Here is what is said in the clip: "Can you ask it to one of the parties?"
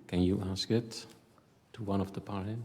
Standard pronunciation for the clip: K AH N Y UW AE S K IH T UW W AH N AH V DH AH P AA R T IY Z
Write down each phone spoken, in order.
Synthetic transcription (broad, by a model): K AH N Y UW AE S K IH T UW W AH N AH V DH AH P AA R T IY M